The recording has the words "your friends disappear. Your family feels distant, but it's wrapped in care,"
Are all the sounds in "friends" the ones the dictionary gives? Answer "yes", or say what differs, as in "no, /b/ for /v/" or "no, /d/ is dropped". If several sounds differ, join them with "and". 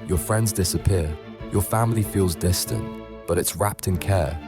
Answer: yes